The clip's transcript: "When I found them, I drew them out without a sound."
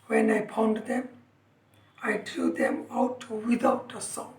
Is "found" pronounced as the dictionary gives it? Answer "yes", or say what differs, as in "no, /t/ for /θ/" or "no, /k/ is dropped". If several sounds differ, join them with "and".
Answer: no, /p/ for /f/